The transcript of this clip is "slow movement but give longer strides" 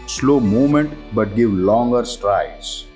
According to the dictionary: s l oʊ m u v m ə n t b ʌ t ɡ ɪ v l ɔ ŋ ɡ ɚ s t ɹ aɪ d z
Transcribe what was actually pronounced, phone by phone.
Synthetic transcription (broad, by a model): s l oʊ m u m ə n t b ʌ t ɡ ɪ v l ɔ ŋ ɡ ɚ s t ɹ aɪ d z